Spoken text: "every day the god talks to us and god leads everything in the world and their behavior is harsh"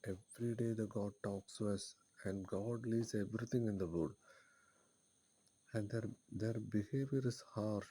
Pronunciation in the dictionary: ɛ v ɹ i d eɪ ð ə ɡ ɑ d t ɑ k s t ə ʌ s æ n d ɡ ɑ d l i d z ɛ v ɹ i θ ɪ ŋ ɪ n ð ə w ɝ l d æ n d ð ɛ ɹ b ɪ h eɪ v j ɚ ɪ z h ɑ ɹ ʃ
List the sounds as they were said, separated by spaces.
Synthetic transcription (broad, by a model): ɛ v ɹ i d eɪ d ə ɡ ɑ d t ɑ k s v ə ʌ s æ n d ɡ ɑ d l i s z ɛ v ɹ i t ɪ ŋ ɪ n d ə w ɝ d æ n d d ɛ ɹ b ɪ h eɪ v j ɚ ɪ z h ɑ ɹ